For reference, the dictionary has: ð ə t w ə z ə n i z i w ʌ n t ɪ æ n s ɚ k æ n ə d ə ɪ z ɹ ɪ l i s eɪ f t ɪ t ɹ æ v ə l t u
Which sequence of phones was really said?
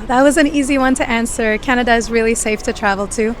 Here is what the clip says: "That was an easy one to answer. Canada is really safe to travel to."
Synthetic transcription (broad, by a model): ð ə t w ə z ə n i z i w ʌ n t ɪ æ n s ɚ k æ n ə d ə ɪ z ɹ ɪ l i s eɪ f t ɪ t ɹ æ v l t u